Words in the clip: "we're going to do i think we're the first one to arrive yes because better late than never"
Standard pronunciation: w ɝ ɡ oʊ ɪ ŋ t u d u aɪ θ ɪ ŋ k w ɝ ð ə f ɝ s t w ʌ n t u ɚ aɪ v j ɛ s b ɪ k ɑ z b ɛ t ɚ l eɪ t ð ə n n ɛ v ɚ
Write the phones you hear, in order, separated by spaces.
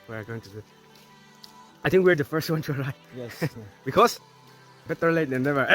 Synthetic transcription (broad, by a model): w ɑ ɡ oʊ ɪ ŋ t u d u aɪ t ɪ ŋ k w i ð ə f ɝ s t w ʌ n t u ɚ aɪ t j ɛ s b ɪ k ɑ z b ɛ t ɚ l eɪ t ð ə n n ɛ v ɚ